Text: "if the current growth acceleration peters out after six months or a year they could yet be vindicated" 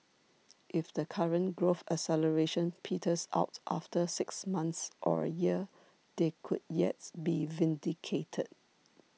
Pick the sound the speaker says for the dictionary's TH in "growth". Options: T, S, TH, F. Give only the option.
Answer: F